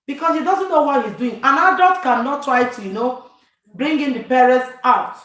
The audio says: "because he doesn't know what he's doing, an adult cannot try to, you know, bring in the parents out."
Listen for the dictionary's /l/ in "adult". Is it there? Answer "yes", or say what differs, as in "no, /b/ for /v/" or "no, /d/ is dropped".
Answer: no, /l/ is dropped